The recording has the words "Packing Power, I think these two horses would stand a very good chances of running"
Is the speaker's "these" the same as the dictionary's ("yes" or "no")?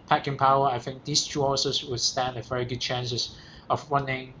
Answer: no